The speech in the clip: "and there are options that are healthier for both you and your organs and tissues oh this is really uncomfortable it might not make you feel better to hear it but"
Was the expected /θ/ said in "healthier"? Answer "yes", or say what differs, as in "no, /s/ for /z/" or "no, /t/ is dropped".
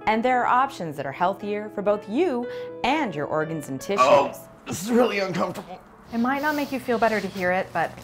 yes